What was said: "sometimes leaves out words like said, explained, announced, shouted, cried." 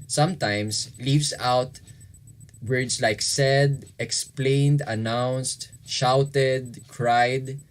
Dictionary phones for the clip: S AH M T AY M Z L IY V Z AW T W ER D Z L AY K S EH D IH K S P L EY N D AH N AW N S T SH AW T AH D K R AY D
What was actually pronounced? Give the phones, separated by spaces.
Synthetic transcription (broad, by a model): S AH M T AY M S L IY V S AW T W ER D S L AY K S EH D IH K S P L EY N D AH N AW N S T SH AW T AH D K R AY D